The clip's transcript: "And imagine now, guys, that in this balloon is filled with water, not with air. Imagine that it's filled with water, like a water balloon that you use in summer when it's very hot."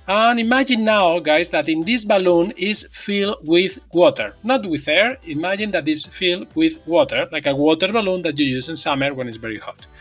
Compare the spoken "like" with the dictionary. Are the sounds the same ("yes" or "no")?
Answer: yes